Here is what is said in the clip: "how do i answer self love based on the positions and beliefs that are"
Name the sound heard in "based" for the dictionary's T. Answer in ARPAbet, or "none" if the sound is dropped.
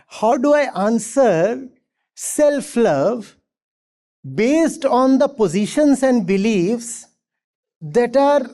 T